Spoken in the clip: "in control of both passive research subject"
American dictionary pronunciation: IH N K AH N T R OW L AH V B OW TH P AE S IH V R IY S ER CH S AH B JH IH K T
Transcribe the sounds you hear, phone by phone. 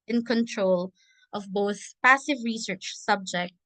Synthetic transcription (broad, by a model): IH N K AH N T R OW L AH V B OW TH P AE S IH V R IY S ER CH S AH B JH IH K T